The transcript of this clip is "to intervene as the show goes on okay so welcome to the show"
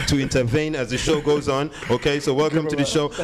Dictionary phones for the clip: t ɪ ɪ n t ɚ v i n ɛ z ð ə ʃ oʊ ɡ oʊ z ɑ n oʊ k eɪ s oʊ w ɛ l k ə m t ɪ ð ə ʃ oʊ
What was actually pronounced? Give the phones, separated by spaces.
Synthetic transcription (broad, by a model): t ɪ ɪ n t ɚ v i n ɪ z ð ə ʃ oʊ ɡ oʊ z n oʊ k eɪ s oʊ w ɛ l k ə m t ɪ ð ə ʃ oʊ